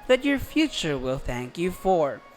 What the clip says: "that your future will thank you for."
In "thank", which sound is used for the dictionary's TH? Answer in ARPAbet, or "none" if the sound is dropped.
TH